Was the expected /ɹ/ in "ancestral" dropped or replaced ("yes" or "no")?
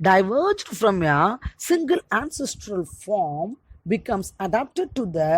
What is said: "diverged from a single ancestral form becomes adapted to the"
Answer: no